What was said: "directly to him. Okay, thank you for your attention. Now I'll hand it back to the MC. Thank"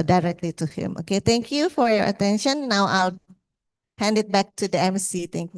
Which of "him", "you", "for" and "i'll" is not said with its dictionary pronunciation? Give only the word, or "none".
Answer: none